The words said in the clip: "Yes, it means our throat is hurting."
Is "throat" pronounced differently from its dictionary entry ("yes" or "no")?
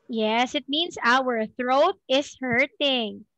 no